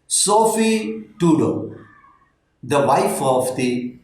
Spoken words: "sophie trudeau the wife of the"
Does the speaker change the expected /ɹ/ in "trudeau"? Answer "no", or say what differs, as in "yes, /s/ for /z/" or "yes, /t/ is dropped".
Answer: yes, /ɹ/ is dropped